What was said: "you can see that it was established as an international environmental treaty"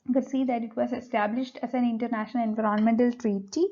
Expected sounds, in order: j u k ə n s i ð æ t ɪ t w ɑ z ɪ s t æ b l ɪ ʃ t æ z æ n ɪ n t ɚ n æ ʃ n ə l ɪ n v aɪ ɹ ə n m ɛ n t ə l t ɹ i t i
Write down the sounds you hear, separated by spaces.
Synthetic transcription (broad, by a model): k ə l s i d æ t ɪ t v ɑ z ɪ s t æ b l ɪ ʃ t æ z æ n ɪ n t ɚ n æ ʃ n ə l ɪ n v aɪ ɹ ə n m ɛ n t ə l t ɹ i t i